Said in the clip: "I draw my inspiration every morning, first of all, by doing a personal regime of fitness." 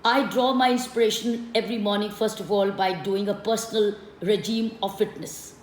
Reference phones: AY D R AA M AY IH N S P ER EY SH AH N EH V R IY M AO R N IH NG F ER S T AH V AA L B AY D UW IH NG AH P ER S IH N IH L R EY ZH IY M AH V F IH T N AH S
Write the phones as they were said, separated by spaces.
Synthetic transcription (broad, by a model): AY D R AA M AY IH N S P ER EY SH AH N EH V R IY M AO R N IH NG F ER S T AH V AA L B AY D UW IH NG AH P ER S IH N IH L R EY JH IY M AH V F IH T N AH S